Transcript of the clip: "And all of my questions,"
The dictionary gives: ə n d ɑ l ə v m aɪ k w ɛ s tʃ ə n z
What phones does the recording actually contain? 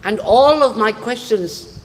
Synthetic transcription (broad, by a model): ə n ɑ l ə v m aɪ k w ɛ s tʃ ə n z